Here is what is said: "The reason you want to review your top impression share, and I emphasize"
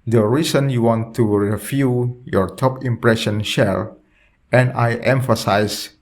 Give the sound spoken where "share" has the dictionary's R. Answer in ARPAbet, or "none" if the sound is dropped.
L